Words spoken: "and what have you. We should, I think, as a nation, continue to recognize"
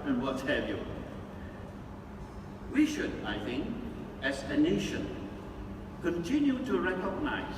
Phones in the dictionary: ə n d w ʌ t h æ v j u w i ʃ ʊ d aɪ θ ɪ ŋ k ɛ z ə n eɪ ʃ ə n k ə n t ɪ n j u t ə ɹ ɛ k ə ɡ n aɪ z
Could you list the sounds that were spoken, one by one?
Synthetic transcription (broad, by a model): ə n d w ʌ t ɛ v j u w i ʃ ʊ d aɪ θ ɪ ŋ k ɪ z ə n eɪ ʃ ə n k ə n t ɪ n j u t ə ɹ ɛ k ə ɡ n aɪ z